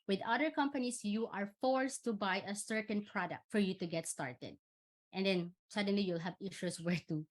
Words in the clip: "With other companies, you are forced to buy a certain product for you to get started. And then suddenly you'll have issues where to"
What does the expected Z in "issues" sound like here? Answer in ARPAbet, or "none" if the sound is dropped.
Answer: S